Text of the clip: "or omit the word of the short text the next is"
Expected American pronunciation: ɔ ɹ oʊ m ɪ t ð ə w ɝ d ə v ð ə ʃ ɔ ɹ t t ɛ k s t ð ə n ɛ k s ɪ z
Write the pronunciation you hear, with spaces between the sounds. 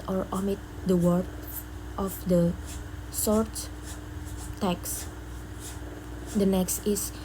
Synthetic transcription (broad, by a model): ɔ ɹ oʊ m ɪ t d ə w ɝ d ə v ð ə s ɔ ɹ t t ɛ k s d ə n ɛ k s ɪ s